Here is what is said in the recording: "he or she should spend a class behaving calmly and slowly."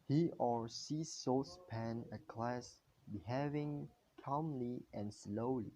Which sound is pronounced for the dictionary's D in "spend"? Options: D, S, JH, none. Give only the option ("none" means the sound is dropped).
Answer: none